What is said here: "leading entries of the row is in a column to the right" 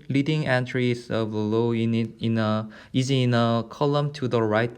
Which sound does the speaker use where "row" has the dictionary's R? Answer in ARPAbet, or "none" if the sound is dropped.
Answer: L